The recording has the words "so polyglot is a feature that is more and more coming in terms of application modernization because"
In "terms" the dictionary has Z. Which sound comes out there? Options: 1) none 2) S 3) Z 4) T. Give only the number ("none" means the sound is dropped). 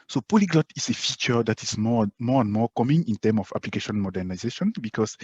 1